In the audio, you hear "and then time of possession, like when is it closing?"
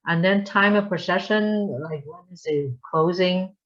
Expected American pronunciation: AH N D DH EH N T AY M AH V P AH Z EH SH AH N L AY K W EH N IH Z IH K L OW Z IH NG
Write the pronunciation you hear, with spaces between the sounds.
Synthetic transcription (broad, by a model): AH N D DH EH N T AY M AH V P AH S EH SH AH N L AY K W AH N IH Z IH K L OW Z IH NG